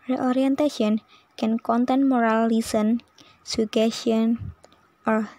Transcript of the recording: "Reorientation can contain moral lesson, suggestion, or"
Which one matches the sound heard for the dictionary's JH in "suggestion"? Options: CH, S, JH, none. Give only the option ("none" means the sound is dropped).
none